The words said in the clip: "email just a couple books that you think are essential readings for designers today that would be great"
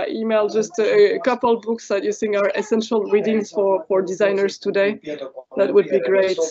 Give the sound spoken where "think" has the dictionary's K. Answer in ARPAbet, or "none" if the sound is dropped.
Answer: none